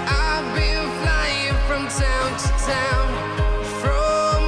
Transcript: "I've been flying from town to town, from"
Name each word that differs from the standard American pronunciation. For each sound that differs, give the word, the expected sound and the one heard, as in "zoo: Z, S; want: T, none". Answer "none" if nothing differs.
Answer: been: N, L